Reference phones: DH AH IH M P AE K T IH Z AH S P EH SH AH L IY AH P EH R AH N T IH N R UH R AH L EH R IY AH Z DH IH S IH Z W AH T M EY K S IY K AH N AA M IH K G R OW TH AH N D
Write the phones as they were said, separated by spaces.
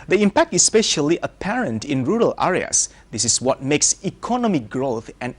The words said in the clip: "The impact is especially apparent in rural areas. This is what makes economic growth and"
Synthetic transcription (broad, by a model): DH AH IH M P AE K T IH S S P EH SH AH L IY AH P EH R AH N T IH N R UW R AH L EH R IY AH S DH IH S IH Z W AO T M EY K S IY K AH N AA M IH G R OW TH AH N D